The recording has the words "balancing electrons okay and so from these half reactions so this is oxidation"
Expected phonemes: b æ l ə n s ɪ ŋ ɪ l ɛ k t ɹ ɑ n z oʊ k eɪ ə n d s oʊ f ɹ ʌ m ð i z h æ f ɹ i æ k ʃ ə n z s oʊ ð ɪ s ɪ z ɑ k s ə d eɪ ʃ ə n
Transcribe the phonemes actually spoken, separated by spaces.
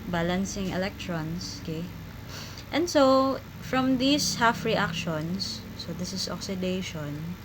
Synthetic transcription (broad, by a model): b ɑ l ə n s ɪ ŋ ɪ l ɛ k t ɹ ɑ n s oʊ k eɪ ə n d s oʊ f ɹ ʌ m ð i s h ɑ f ɹ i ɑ k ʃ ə n s oʊ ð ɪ s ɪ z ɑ k s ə d eɪ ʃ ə n